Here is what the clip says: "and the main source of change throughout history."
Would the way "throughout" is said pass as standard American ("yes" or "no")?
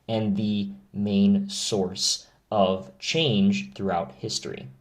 yes